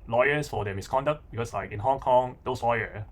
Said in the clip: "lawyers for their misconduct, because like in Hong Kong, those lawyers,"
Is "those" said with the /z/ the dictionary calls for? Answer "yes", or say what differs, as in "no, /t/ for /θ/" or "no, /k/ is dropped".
no, /s/ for /z/